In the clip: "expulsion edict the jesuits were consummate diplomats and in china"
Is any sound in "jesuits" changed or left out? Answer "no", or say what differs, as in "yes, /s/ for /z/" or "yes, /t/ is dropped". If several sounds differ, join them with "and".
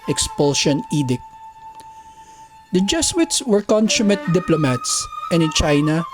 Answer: yes, /s/ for /ʒ/